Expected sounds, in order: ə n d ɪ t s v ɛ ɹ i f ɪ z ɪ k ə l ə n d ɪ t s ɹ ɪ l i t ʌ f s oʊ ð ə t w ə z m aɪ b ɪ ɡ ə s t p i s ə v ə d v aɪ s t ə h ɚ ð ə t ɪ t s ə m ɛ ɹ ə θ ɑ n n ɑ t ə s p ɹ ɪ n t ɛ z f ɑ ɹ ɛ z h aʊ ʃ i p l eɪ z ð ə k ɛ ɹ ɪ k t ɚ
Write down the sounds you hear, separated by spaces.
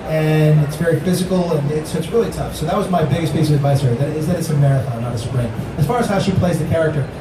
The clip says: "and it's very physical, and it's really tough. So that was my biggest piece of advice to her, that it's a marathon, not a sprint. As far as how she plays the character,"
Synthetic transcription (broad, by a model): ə n ɪ t s v ɛ ɹ i f ɪ z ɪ k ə n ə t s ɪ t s ɹ ɪ l i t ʌ f s oʊ ð ə t w ə z m aɪ b ɪ ɡ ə s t p i s ə v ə d v aɪ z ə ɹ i ð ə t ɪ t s ə m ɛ ɹ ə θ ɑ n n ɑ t ə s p ɹ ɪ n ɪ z f ɑ ɹ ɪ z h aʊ ʃ i p l eɪ z ð ə k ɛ ɹ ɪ k t ɚ